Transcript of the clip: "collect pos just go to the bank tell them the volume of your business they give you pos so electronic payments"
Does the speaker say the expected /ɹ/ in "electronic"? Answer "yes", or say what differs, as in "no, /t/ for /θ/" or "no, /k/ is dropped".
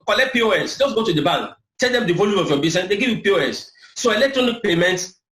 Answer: yes